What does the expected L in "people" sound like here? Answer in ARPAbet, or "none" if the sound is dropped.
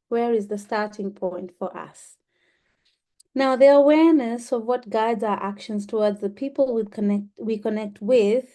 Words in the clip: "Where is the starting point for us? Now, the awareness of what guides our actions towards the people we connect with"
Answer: N